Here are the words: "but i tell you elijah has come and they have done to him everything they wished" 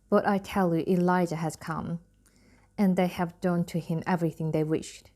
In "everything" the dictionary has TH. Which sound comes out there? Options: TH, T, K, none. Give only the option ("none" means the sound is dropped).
TH